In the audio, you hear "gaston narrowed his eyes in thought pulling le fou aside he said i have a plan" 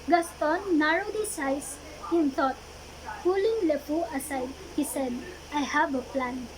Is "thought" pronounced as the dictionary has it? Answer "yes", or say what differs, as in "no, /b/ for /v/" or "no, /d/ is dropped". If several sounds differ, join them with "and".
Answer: no, /t/ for /θ/